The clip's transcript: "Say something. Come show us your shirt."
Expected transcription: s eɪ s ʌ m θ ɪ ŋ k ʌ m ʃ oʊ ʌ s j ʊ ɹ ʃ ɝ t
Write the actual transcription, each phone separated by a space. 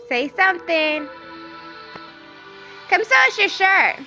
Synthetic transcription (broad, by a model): s eɪ s ʌ m θ ɪ ŋ k ʌ m s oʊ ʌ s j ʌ ɹ ʃ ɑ t